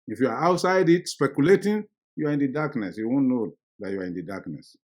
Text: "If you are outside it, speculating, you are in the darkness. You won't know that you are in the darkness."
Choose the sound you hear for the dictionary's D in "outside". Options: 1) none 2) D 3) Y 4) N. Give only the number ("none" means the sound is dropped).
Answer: 2